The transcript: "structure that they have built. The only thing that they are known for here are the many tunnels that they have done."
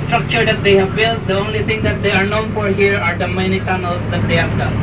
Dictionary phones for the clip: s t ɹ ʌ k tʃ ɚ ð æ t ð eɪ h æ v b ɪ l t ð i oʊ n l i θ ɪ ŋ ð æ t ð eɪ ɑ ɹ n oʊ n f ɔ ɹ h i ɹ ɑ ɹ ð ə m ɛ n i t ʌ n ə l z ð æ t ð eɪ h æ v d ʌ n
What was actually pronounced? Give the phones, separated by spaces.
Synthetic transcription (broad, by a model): s t ɹ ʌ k tʃ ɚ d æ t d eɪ h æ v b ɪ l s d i oʊ n l i t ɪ ŋ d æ t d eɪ ɑ ɹ n oʊ n f ɔ ɹ h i ɹ ɑ ɹ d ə m ɛ n i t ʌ n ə l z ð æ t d eɪ h æ v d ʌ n